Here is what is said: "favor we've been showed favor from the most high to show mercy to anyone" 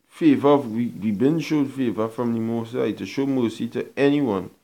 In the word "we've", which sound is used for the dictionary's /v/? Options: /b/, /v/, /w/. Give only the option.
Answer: /w/